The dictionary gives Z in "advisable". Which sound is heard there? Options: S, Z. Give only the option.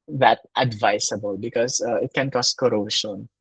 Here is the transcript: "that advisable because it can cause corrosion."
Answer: S